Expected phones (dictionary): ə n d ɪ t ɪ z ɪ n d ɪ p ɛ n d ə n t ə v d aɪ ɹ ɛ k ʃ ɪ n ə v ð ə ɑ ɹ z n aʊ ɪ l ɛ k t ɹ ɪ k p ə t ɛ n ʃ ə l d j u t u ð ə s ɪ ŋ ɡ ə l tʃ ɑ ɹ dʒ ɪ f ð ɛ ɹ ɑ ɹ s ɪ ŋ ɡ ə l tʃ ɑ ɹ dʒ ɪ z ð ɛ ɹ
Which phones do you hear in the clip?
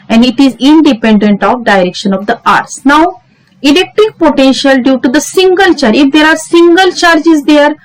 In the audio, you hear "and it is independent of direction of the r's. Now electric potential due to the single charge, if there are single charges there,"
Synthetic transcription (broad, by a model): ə n d ɪ t ɪ z ɪ n d ɪ p ɛ n d ə n t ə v d aɪ ɹ ɛ k ʃ ɪ n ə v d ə ɑ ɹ s n aʊ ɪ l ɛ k t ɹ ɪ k p ə t ɛ n ʃ ə l d j u t u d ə s ɪ ŋ ɡ ə l tʃ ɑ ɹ ɪ f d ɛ ɹ ɑ ɹ s ɪ ŋ ɡ ə l tʃ ɑ ɹ dʒ ɪ z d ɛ ɹ